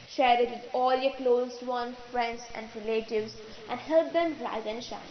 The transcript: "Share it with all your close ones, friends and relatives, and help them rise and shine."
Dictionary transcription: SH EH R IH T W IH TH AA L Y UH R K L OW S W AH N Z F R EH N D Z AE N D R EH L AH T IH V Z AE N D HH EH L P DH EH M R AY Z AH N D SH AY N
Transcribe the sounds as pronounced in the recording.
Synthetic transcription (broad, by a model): SH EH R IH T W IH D AA L Y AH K L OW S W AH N F R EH N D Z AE N D R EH L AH T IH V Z AE N D HH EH L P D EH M R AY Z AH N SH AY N